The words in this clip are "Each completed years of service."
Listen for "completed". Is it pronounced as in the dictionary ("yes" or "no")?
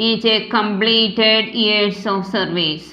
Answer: yes